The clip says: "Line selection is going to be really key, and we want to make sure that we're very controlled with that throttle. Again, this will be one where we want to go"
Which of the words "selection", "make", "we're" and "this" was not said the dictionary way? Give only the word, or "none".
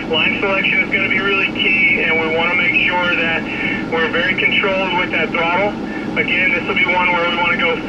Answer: none